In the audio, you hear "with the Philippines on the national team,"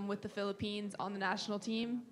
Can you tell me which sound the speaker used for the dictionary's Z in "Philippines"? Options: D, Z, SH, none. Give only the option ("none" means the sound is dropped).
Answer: Z